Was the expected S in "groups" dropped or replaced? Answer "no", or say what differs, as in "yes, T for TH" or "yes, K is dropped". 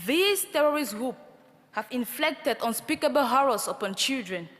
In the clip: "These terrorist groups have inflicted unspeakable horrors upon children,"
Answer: yes, S is dropped